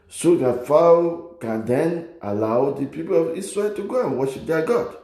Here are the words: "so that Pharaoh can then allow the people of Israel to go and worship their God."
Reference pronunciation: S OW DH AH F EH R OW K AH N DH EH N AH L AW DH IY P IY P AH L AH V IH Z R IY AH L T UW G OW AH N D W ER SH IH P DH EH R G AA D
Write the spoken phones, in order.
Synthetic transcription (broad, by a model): S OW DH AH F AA OW K AH N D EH N AH L AW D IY P IY P AH L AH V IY S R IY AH L T UW G OW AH N W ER SH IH P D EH G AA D